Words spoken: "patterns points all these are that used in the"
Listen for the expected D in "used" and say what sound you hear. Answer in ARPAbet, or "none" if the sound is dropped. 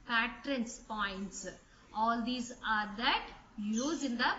none